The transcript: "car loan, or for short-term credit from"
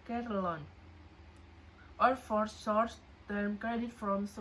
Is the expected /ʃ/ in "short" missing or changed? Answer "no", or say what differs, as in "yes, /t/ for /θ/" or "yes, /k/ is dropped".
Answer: yes, /s/ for /ʃ/